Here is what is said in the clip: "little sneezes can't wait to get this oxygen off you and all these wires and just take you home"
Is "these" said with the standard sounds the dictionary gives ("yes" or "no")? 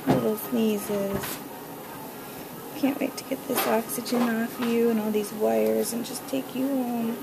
yes